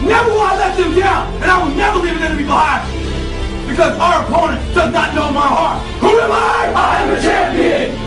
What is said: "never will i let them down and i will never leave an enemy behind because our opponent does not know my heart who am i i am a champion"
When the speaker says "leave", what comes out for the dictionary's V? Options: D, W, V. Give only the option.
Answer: V